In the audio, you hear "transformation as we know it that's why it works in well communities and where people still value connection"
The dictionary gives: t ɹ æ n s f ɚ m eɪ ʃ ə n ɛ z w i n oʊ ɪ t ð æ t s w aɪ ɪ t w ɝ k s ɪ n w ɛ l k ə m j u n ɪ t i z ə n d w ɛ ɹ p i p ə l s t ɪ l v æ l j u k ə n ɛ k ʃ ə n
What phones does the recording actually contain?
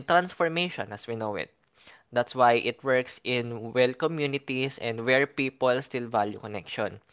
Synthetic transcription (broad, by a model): t ɹ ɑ n s f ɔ m eɪ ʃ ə n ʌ s w i n oʊ ɪ t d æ t s w aɪ ɪ t w ɝ k s ɪ n w ɛ l k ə m j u n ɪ t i s ə n d w ɛ ɹ p i p ə l s t ɪ l v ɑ l j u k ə n ɛ k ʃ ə n